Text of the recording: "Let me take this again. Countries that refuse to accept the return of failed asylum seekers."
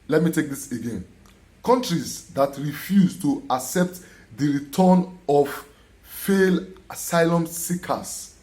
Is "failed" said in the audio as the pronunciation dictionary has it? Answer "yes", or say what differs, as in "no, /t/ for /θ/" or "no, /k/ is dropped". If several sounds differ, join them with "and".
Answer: no, /d/ is dropped